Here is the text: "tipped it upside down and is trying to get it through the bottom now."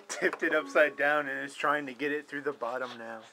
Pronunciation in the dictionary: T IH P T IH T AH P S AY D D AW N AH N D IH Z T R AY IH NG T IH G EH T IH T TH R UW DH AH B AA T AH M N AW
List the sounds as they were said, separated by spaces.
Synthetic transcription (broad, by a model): T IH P T IH T AH P S AY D D AW N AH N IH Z T R AY IH NG T IH G EH T IH T TH R UW DH AH B AA T AH M N AW